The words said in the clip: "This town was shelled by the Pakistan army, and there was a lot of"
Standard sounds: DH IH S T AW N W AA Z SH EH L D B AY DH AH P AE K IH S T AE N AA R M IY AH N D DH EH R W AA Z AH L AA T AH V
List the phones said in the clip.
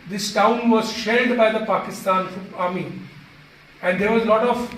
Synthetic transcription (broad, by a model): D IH S T AW N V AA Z SH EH D B AY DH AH P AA K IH S T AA N AA R M IY AH N D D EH R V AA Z L AA T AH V